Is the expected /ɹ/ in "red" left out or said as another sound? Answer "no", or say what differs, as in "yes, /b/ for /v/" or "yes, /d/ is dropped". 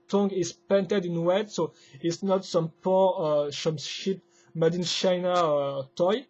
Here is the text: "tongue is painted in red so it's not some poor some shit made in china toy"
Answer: yes, /w/ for /ɹ/